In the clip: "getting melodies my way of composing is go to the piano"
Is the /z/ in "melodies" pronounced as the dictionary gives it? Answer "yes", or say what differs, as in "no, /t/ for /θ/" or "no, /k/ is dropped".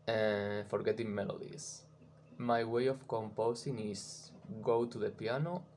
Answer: no, /s/ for /z/